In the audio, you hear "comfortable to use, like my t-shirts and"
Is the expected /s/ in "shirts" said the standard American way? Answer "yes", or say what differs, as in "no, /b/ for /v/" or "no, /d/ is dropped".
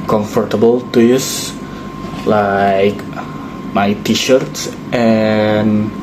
yes